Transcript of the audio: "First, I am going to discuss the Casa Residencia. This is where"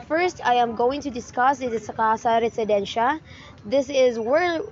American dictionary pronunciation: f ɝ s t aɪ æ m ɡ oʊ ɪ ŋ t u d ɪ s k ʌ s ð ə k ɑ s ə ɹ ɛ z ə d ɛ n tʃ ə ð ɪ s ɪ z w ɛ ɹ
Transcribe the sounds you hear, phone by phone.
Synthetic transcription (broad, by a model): f ɝ s t aɪ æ m ɡ oʊ ɪ ŋ t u d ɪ s k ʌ s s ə k ɑ s ə ɹ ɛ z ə d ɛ n ʃ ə ð ɪ s ɪ z w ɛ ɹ